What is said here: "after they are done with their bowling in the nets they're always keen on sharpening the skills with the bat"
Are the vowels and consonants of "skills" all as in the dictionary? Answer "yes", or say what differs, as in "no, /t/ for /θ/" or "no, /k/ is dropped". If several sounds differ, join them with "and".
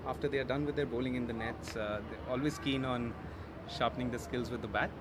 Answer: yes